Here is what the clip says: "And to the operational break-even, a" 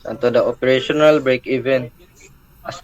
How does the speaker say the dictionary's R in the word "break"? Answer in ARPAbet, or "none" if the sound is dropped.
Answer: R